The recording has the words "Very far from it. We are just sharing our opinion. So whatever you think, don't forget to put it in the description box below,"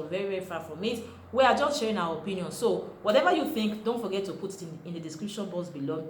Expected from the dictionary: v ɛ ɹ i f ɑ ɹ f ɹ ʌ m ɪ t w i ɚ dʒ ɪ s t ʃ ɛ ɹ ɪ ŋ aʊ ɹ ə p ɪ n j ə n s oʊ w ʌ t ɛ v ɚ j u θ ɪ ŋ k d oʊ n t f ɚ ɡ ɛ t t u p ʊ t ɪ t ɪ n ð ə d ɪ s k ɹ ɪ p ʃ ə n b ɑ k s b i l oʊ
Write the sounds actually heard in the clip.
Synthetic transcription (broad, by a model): v ɛ ɹ i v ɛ ɹ f ɹ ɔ m ɪ t w i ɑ dʒ ɪ s t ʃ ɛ ɹ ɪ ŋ aʊ w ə p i n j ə n s oʊ w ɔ t ɛ v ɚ j u θ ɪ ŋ k d oʊ n t f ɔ ɡ ɛ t t u p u t ɪ t ɪ n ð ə d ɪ s k ɹ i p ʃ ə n b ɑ s b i l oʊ